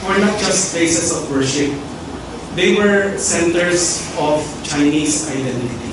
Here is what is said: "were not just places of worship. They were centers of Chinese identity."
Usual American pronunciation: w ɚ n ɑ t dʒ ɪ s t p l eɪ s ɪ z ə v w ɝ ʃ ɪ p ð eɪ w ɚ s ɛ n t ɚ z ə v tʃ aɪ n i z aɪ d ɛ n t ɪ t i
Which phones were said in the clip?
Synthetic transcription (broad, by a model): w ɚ n ɑ t dʒ ɪ s t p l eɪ s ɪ s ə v w ɝ ʃ ɪ p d eɪ w ɚ s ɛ n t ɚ s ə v tʃ aɪ n i s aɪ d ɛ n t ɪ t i